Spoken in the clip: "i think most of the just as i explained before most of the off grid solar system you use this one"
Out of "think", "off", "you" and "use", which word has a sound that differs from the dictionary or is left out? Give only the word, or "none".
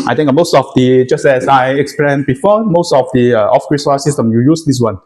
think